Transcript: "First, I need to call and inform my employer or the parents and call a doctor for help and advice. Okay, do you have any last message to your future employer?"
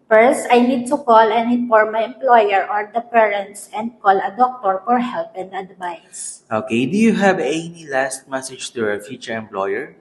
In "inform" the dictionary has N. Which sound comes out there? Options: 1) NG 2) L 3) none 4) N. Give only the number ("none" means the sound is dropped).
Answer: 3